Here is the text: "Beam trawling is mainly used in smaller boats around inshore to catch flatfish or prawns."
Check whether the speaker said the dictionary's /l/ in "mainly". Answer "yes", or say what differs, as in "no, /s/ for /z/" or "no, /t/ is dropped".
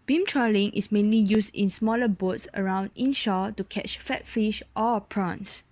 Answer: yes